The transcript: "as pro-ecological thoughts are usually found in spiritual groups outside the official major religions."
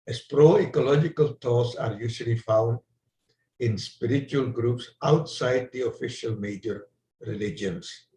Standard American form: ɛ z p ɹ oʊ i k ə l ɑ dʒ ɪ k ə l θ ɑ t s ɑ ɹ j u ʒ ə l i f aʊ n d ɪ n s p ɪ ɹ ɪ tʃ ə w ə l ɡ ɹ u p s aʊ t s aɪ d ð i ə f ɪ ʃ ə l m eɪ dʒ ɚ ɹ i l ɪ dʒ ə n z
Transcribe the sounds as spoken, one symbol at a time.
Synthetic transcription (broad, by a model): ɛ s p ɹ oʊ i k ə l ɑ dʒ ɪ k ə l t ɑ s ɑ ɹ j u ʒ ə l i f aʊ n d ɪ n s p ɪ ɹ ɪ tʃ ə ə l ɡ ɹ u p s aʊ t s aɪ d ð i ə f ɪ ʃ ə l m eɪ dʒ ɚ ɹ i l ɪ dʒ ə n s